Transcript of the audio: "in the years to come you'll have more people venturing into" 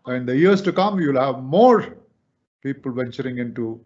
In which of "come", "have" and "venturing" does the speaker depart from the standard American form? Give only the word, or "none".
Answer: none